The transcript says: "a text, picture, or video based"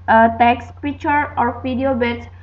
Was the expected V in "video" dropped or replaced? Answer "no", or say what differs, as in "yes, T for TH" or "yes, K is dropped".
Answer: yes, P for V